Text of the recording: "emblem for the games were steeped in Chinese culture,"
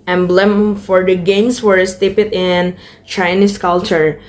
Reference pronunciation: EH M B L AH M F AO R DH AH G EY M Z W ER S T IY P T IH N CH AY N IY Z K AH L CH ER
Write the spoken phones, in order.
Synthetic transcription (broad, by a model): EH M B L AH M F AO R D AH G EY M S W ER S T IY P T IH N CH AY N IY S K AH L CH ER